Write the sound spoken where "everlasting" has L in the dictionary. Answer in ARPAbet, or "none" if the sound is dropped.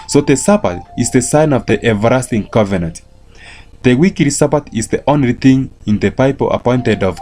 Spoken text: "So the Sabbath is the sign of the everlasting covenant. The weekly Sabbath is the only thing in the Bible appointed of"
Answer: none